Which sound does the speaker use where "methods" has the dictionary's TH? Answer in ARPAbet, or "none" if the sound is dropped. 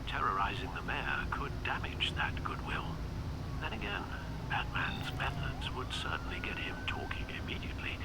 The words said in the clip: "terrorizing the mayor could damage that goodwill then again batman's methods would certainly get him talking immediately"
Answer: TH